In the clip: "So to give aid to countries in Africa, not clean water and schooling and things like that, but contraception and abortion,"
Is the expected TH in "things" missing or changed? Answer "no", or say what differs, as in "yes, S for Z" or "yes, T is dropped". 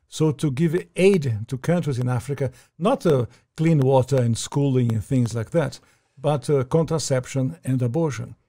no